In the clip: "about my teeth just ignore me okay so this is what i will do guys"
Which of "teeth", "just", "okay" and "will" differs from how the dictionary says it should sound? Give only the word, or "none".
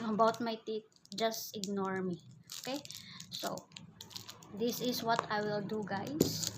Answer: teeth